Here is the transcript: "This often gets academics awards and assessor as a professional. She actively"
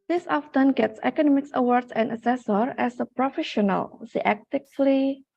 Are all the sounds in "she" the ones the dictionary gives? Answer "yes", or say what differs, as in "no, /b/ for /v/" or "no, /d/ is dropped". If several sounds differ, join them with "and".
no, /s/ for /ʃ/